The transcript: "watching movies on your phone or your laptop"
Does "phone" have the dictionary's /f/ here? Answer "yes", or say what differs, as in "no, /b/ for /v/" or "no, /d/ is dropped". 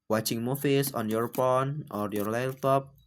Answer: no, /p/ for /f/